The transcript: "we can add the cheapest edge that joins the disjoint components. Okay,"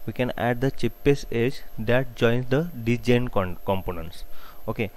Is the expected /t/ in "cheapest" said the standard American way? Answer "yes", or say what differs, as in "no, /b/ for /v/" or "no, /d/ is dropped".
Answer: no, /t/ is dropped